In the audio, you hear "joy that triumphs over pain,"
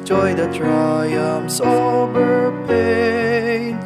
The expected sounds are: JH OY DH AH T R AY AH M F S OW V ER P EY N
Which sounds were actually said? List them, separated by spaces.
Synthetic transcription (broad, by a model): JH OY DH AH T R AY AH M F S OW B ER P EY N